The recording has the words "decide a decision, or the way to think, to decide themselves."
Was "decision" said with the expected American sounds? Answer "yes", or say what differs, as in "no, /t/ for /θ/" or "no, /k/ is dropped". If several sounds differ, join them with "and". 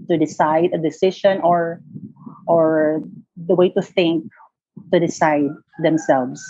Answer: no, /ʃ/ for /ʒ/